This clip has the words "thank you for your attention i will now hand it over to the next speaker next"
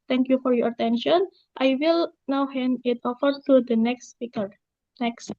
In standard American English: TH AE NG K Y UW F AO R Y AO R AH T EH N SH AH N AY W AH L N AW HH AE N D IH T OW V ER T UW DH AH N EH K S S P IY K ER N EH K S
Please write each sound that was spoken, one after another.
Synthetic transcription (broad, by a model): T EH NG K Y UW F AO R Y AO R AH T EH N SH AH N AY W AH L N AW HH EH N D IH T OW F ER T UW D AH N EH K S S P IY K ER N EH K S